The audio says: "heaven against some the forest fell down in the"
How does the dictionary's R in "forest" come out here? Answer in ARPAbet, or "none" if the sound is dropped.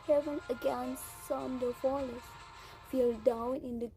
L